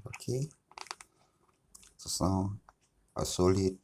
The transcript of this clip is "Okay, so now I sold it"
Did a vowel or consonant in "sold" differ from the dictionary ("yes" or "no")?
yes